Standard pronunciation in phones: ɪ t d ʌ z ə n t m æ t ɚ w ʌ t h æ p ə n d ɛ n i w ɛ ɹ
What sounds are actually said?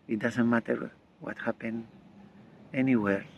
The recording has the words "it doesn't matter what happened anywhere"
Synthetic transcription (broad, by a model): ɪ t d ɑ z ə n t m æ t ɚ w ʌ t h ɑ p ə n ɛ n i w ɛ ɹ